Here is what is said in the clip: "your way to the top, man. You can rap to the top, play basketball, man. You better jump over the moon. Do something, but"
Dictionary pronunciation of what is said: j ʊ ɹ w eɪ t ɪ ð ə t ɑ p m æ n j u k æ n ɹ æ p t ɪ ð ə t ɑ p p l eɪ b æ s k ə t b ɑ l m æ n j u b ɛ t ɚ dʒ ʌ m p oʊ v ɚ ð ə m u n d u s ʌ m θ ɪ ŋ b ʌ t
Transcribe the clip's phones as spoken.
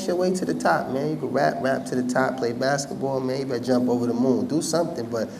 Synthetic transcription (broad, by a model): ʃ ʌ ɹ w eɪ t ɪ ð ə t ɑ p m æ n j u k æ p ɹ æ p t ɪ ð ə t ɑ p p l eɪ b æ s k ə t b ɑ l m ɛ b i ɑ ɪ dʒ ʌ m p oʊ v ɚ ð ə m u n d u s ʌ m θ ɪ ŋ b ʌ t